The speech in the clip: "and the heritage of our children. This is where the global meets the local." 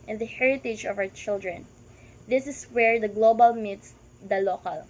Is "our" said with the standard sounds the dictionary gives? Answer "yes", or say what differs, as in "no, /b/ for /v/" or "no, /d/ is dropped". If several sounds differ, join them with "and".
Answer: no, /w/ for /ɹ/